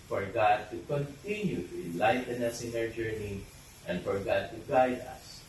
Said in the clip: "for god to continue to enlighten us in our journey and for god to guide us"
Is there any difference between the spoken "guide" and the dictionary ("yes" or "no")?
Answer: no